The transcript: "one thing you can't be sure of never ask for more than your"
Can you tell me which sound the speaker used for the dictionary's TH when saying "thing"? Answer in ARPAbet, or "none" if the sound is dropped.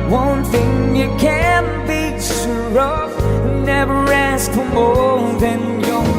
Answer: TH